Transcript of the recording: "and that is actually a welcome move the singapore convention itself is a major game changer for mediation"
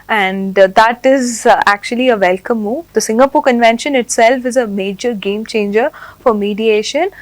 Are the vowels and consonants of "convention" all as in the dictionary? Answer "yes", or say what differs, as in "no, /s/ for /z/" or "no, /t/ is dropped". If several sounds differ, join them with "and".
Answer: yes